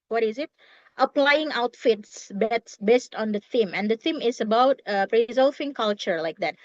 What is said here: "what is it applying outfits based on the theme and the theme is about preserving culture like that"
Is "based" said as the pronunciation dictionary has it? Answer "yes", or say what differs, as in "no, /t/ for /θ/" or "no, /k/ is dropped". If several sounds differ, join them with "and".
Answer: yes